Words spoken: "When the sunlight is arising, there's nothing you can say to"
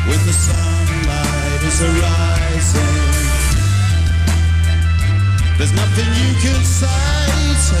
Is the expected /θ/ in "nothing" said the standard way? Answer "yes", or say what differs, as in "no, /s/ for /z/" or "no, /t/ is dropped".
yes